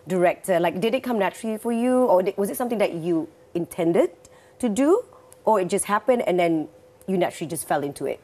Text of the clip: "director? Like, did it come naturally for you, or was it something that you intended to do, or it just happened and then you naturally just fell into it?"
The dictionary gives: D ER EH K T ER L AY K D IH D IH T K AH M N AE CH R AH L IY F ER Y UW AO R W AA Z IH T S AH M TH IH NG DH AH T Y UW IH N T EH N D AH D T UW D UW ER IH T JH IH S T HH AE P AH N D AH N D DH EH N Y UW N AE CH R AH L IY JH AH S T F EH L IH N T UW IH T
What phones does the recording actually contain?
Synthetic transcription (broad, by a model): D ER EH K T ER L AY K D IH D IH T K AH M N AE CH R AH L IY F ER Y UW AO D W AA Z IH T S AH M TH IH NG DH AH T Y UW IH N T EH N D AH D T UW D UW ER IH T JH IH S T HH AE P AH N D AH N D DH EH N Y UW N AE CH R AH L IY JH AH S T F EH L IH N T UW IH T